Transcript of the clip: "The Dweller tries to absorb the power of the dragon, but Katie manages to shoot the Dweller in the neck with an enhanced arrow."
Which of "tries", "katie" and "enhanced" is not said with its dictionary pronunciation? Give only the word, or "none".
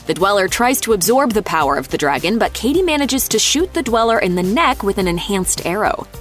none